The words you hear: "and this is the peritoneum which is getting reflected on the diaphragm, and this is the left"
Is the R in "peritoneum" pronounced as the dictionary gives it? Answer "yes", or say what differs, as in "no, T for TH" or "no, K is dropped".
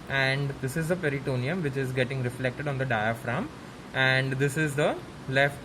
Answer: yes